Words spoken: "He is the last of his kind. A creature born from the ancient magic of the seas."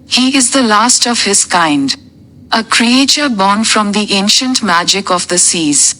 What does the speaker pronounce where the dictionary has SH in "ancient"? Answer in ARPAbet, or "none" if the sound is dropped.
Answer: SH